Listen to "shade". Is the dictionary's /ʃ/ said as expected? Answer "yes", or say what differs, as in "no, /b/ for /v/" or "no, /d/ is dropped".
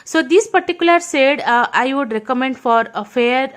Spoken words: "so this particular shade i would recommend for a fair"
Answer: no, /s/ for /ʃ/